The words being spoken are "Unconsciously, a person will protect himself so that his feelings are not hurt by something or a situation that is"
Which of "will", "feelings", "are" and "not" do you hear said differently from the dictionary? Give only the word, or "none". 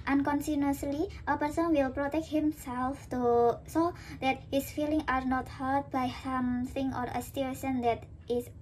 feelings